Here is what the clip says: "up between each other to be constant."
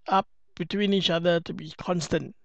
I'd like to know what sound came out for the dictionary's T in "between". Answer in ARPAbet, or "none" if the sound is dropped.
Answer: T